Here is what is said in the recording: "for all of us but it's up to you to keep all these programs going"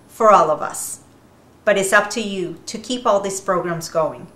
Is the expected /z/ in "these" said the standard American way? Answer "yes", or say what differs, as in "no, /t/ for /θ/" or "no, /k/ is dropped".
no, /s/ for /z/